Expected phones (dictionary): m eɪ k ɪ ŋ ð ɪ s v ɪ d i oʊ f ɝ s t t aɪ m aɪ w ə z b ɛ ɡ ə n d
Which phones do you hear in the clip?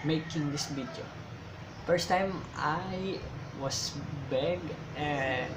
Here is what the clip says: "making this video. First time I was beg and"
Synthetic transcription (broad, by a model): m eɪ k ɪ ŋ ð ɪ s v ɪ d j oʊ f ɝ s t t aɪ m aɪ w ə s b ɛ ɡ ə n